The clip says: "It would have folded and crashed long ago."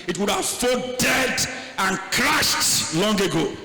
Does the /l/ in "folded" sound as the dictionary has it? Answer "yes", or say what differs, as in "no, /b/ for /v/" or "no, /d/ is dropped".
no, /l/ is dropped